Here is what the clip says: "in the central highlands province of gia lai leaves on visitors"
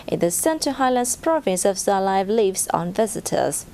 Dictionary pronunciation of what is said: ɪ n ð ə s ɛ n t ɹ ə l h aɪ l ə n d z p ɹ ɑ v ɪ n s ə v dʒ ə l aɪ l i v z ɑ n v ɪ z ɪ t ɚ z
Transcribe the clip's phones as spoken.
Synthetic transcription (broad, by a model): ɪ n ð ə s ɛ n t ə h aɪ l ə n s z p ɹ ɑ v ɪ n s ə v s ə l aɪ l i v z ɑ n v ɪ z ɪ t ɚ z